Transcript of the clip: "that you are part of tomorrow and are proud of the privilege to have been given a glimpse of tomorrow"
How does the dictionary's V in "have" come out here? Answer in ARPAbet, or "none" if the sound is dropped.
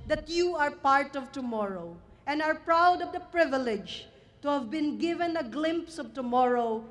V